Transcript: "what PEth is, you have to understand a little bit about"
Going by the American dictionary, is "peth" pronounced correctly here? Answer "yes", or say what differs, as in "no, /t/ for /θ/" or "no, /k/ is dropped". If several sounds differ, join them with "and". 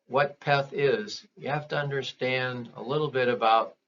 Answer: yes